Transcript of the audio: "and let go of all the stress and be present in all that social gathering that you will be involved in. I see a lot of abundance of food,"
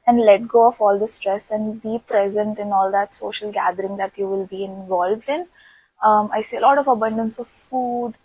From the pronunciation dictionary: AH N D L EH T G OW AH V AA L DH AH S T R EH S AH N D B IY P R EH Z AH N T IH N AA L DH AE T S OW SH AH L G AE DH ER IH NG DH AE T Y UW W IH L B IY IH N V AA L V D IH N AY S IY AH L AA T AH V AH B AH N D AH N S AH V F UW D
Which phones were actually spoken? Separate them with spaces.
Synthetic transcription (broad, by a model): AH N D L EH T G OW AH F AA L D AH S T R EH S AH N D B IY P R EH Z AH N T IH N AA L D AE T S OW SH AH L G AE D ER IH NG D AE T Y UW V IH L B IY IH N V AA L V D IH N AY S IY AH L AA T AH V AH B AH N D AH N S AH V F UW D